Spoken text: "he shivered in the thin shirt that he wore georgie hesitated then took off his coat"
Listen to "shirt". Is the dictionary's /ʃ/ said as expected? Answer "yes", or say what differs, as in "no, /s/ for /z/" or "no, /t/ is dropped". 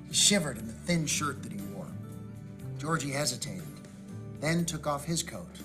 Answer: yes